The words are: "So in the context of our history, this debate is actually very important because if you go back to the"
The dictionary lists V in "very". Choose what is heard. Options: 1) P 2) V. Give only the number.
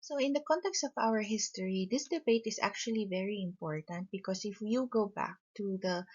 2